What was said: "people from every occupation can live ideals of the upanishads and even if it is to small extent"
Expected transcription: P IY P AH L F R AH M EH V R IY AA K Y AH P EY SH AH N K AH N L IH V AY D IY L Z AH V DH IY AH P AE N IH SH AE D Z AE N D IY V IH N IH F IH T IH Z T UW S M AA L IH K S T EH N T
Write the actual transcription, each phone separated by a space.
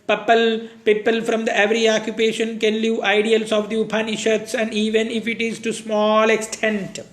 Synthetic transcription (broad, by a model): P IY P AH L F R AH M EH V R IY AA K Y AH P EY SH AH N K AH N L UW AY D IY L S AH V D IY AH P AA N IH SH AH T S AE N D IY V IH N IH F IH T IH Z T UW S M AA L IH K S T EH N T